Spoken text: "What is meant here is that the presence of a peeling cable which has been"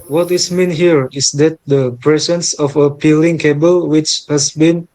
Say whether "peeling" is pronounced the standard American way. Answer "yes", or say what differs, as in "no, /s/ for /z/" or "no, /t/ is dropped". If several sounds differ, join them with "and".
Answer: yes